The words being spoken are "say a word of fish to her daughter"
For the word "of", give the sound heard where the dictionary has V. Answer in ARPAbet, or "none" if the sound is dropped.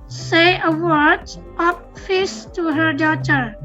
P